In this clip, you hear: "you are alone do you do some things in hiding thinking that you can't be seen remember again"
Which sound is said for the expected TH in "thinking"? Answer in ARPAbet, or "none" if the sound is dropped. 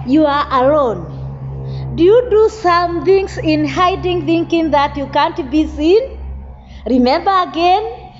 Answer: TH